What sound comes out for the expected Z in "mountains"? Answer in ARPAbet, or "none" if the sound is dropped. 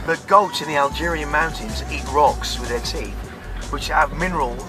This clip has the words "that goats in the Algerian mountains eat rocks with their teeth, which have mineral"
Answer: Z